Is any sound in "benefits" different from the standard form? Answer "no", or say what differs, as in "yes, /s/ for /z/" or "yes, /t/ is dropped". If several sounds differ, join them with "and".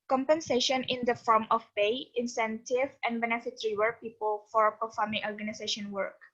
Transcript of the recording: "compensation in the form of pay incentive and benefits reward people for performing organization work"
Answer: yes, /s/ is dropped